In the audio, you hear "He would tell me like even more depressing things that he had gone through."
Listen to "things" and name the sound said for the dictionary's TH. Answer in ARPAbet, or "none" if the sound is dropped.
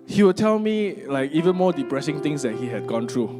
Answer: T